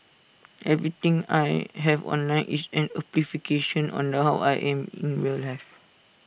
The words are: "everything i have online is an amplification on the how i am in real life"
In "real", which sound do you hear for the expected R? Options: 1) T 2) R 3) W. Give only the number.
3